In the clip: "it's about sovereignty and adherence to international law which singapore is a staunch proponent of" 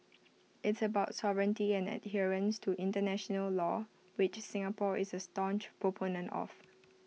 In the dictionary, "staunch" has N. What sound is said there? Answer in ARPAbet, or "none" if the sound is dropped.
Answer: N